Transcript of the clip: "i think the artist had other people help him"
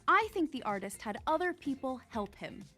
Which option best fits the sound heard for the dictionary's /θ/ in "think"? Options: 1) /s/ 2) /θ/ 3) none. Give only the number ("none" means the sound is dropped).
2